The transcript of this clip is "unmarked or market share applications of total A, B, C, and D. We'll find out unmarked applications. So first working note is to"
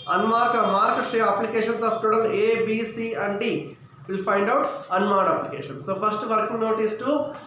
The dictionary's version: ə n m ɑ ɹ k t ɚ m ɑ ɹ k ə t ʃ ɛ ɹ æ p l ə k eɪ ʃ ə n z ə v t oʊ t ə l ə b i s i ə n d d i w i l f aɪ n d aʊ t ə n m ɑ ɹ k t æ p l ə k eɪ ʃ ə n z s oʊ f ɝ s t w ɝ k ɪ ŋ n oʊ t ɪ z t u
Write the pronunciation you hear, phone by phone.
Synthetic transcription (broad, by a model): ə n m ɑ ɹ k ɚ m ɑ ɹ k ə t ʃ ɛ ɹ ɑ p l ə k eɪ ʃ ə n s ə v t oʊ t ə l ə b i s i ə n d d i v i l p aɪ n d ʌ t ə n m ɑ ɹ t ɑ p l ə k eɪ ʃ ə n s oʊ p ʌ s t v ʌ k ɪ ŋ n oʊ t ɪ s t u